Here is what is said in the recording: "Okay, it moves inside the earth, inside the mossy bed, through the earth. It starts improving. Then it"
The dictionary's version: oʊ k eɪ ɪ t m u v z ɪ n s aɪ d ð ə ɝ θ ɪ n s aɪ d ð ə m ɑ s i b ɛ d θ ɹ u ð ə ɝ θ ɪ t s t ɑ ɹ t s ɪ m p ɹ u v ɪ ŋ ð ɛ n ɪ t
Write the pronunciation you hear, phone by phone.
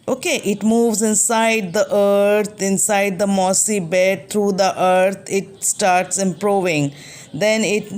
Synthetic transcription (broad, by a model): oʊ k eɪ ɪ t m u v z ɪ n s aɪ d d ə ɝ t ɪ n s aɪ d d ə m ɑ s i b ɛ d t ɹ u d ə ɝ t ɪ t s t ɑ ɹ t s ɪ m p ɹ u v ɪ ŋ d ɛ n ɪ t